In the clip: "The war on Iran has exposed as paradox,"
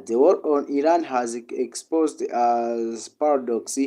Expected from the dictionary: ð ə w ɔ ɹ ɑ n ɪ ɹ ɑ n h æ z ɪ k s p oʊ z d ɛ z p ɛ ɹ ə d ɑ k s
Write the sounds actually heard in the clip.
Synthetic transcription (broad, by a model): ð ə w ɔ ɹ ɑ n ɪ ɹ ɑ n h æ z ɪ k s p oʊ z d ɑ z p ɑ ɹ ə d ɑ k s